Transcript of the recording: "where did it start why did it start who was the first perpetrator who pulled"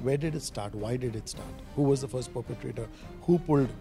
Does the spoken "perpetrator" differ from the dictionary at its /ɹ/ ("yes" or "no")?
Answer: no